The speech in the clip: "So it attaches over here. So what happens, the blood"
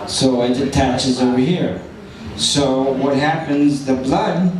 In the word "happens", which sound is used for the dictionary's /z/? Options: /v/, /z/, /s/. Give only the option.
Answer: /z/